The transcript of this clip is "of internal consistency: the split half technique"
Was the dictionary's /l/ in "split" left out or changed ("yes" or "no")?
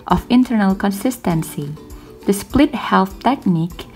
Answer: no